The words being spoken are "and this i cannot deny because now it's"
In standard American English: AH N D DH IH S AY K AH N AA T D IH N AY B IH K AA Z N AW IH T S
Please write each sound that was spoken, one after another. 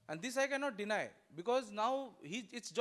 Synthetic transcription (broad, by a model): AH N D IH S AY K AH N AA T D IH N AY B IH K AA Z N AW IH T S